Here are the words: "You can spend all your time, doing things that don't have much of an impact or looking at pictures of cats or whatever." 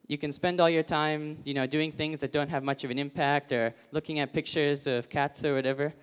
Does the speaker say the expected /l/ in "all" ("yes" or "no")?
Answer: yes